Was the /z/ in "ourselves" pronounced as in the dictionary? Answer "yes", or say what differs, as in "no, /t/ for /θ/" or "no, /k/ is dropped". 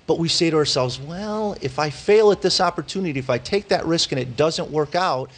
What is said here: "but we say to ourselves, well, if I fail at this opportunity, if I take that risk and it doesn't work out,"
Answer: yes